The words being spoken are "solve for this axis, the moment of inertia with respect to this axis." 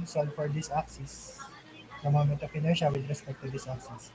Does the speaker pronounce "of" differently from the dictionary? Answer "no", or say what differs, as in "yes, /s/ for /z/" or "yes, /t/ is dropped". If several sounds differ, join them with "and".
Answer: yes, /p/ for /v/